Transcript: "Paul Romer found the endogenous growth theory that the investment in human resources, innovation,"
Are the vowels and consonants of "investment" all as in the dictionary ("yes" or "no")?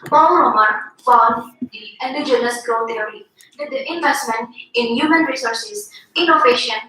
yes